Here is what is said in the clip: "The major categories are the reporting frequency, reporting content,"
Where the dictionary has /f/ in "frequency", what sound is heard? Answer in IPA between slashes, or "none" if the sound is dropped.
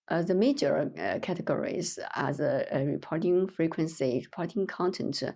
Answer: /f/